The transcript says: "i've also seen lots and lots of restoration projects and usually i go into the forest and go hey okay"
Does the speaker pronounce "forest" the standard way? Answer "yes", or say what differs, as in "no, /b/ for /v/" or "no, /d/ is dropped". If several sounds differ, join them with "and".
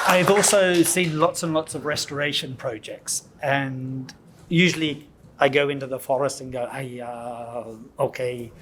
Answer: yes